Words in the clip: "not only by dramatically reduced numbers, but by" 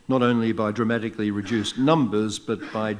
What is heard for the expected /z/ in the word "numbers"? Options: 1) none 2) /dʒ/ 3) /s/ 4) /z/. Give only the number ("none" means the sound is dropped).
4